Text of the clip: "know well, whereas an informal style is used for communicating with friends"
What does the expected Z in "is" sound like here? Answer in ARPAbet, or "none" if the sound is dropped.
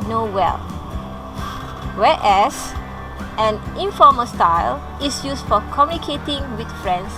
S